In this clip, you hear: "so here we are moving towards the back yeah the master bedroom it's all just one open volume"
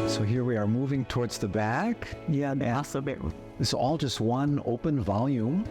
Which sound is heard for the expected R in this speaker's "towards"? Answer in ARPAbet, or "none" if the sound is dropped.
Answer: R